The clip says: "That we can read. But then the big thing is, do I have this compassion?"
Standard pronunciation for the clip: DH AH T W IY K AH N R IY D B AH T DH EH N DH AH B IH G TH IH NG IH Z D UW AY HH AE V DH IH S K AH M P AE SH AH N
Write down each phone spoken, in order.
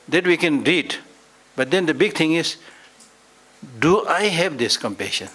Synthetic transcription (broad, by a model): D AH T W IY K AH N R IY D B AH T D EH N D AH B IH G T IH NG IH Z D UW AY HH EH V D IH S K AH M P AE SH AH N